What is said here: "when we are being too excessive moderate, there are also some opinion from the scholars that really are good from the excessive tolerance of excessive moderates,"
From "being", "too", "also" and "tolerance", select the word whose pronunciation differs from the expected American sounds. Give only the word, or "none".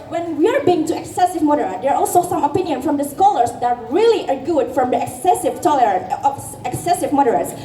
tolerance